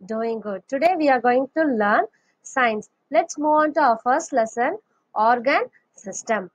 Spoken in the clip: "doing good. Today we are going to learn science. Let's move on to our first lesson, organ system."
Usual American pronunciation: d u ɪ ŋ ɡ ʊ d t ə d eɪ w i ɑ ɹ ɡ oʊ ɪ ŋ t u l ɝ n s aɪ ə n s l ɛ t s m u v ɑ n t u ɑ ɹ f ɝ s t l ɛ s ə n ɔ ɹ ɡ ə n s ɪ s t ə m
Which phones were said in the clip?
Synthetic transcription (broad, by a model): d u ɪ ŋ ɡ ʊ d t ə d eɪ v i ɑ ɹ ɡ oʊ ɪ ŋ t u l ɝ n s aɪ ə n s l ɛ t s m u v ɑ n t u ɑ f ɝ s t l ɛ s ə n ɔ ɹ ɡ ə n s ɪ s t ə m